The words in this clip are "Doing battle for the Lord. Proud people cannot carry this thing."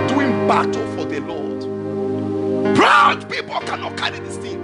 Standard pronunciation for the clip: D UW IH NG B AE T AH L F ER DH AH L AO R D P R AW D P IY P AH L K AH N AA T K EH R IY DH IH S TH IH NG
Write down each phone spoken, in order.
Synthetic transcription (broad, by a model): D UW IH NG B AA T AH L F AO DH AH L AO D B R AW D P IY P AH L K AH N AA T K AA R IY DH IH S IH